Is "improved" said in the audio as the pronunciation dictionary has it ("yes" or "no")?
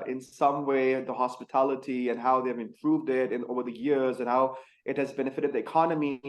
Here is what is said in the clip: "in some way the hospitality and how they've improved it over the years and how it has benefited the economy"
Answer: yes